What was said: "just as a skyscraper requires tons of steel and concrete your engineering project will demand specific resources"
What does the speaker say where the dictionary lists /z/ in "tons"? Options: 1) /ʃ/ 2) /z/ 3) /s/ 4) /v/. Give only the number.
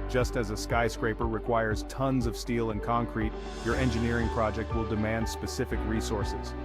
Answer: 2